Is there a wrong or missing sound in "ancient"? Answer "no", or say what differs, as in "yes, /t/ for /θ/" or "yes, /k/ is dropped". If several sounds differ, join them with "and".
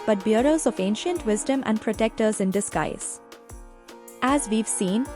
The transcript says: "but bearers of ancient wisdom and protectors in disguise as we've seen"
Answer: no